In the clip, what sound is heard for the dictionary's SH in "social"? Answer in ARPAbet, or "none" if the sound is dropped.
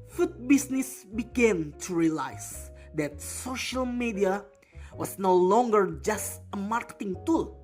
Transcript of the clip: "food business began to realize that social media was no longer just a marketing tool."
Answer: SH